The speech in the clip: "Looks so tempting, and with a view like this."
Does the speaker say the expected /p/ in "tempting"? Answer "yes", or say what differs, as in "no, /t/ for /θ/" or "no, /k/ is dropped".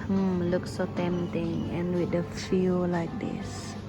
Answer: no, /p/ is dropped